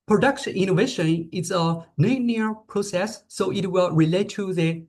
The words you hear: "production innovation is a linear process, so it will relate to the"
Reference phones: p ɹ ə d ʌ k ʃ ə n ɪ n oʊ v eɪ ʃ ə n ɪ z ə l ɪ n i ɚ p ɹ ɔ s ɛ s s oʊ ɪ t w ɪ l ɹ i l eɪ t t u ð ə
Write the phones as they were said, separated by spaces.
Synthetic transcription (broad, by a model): p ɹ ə d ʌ k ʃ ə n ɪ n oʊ v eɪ ʃ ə n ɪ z ə n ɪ n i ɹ p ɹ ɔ s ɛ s s oʊ ɪ t w ɪ l ɹ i l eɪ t t u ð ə